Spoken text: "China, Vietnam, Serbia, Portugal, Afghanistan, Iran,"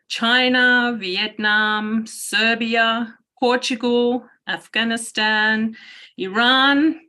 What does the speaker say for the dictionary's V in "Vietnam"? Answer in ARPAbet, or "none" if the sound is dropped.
V